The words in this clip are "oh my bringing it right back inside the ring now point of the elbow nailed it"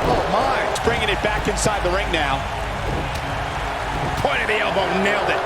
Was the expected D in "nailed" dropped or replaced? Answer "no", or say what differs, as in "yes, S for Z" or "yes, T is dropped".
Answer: no